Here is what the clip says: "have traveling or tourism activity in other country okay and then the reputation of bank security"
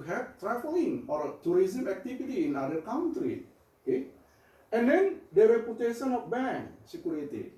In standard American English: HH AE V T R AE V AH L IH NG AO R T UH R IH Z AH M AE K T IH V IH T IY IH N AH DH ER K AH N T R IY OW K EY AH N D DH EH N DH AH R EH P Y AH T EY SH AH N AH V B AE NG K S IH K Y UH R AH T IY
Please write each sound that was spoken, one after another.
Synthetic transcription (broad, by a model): HH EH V T R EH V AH L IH NG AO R T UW R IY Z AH M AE K T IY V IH T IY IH N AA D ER K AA N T R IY OW K EY AH N D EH N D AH W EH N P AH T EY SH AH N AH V B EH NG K S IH K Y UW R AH T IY